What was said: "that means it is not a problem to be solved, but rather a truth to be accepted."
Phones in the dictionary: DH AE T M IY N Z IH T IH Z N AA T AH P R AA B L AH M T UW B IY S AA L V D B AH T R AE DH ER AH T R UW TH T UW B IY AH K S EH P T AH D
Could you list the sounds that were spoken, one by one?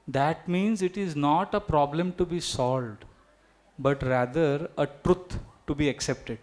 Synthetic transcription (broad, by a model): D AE T M IY N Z IH T IH Z N AA T AH P R AA B L AH M T UW B IY S AA L V D B AH T R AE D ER AH T R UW T T UW B IY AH K S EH P T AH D